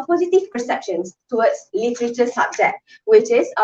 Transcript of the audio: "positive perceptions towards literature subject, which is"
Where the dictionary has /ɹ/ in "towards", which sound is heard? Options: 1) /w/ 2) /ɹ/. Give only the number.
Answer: 1